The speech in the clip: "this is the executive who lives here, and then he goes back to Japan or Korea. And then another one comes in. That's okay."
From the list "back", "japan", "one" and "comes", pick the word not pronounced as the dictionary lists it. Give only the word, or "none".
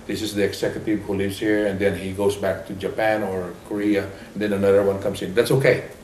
comes